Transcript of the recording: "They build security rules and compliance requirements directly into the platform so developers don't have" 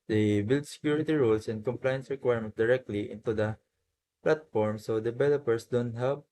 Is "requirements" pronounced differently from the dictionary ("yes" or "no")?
yes